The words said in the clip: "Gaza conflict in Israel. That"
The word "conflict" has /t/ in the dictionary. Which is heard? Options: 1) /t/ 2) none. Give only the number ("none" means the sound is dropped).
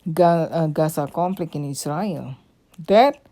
2